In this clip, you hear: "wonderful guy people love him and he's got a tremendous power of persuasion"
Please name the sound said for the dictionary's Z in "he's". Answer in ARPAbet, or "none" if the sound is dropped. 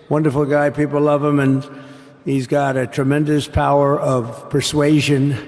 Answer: Z